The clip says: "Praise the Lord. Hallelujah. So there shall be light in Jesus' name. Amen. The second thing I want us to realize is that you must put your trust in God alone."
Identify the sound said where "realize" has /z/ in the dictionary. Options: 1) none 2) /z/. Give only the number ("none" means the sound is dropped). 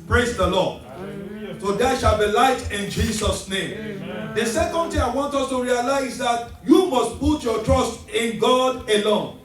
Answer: 1